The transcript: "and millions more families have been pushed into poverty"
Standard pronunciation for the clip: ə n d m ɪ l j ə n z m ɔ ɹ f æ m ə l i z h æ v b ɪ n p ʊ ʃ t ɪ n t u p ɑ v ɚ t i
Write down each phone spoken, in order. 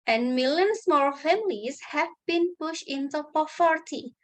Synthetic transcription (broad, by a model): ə n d m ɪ l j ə n s m ɔ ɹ f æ m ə l i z h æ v b ɪ n p ʊ ʃ t ɪ n t u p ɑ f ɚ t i